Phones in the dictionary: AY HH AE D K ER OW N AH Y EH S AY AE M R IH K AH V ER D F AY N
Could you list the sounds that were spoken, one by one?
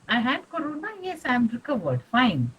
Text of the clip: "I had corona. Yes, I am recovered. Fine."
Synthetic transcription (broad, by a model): AY HH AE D K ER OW N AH Y EH S AY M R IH K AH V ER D F AY N